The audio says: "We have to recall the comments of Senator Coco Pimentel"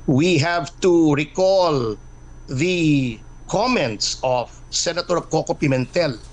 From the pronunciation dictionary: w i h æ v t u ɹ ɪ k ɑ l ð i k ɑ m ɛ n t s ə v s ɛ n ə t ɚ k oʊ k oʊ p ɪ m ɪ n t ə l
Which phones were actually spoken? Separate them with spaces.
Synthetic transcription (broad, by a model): w i h æ v t u ɹ ɪ k ɑ l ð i k ɑ m ɛ n t s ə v s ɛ n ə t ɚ k oʊ k oʊ p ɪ m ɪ n t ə l